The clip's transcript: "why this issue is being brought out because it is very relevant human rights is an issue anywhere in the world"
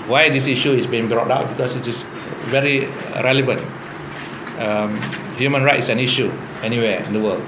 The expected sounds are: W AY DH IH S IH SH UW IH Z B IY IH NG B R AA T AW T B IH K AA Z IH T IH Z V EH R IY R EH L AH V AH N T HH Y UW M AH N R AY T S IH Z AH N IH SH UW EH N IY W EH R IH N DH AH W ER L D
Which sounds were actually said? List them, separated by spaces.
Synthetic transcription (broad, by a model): W AY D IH S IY SH UW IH S B IY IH NG B R AA T AW T B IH K AA S IH T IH S V EH R IY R EH L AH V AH N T HH Y UW M AH N R AY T IH S AH N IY SH UW EH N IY W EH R IH N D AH W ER L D